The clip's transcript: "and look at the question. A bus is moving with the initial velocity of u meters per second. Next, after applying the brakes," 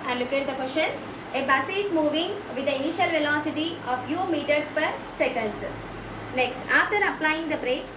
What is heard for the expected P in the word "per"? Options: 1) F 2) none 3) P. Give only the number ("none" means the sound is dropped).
3